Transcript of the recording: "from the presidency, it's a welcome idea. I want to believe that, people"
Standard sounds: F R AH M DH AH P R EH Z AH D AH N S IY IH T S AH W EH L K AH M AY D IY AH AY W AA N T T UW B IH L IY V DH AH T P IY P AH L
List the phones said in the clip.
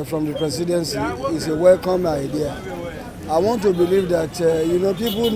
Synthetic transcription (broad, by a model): F R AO M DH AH P R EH S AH D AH N S IY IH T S AH W EH L K AH M AY D IY AH AY W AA N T T UW B IH L IY V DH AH T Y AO P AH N